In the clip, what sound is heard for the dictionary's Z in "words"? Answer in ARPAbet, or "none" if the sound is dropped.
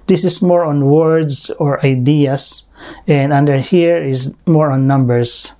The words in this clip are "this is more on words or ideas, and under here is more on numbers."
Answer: S